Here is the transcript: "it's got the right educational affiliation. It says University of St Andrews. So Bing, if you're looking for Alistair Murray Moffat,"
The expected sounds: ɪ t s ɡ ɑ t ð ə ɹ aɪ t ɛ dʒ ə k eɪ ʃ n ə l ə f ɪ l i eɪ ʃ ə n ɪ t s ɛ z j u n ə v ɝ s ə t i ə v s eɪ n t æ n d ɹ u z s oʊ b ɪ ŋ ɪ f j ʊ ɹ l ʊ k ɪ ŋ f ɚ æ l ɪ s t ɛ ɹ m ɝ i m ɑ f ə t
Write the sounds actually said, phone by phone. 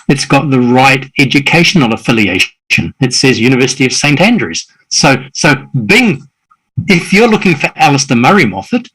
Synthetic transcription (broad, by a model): ɪ t s ɡ ɑ t ð ə ɹ aɪ t ɛ dʒ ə k eɪ ʃ n l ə f ɪ l i eɪ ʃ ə n ɪ t s ɛ z j u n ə v ɝ s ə t i ə v s eɪ n t æ n d ɹ u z s oʊ b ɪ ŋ ɪ f j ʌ ɹ l ʊ k ɪ ŋ f ɚ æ l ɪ s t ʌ m ɝ i m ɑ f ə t